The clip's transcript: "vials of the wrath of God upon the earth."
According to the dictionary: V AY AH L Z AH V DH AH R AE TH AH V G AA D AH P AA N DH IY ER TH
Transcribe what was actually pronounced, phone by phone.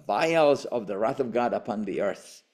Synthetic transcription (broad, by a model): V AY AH L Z AH V DH AH R AE TH AH V G AA D AH P AA N DH IY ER TH